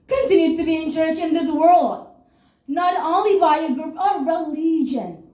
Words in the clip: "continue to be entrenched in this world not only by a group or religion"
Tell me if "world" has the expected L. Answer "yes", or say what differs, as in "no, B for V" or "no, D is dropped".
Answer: yes